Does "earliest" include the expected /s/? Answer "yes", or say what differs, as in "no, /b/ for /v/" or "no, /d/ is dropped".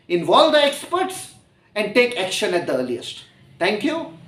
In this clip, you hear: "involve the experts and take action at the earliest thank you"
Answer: yes